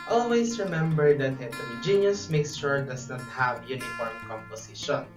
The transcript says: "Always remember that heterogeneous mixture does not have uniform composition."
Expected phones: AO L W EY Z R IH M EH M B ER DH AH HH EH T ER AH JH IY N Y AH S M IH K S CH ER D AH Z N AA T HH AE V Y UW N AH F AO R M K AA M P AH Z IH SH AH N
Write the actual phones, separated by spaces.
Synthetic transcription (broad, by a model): AO L W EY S R IH M EH M B ER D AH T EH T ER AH JH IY N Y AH S M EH K S SH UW D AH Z N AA T HH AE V Y UW N AH F AO R M K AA M P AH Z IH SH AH N